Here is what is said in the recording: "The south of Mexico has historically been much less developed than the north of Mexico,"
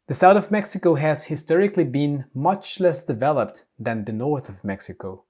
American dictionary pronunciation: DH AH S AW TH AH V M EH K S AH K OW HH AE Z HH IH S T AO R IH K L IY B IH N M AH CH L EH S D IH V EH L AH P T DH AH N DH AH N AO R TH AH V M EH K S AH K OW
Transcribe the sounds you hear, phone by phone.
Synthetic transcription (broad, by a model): DH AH S AW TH AH V M EH K S AH K OW HH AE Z HH IH S T AO R IH K L IY B IH N M AH CH L EH S D IH V EH L AH P T DH AH N DH AH N AO R TH AH V M EH K S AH K OW